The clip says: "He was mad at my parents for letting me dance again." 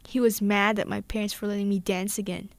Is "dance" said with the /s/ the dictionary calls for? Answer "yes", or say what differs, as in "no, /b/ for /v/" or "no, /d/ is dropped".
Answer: yes